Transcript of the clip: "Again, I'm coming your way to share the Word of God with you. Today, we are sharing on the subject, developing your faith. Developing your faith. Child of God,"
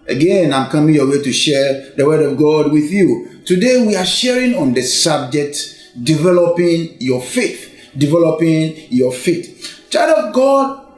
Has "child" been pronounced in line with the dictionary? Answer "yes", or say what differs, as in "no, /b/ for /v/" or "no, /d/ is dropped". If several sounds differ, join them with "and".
no, /l/ is dropped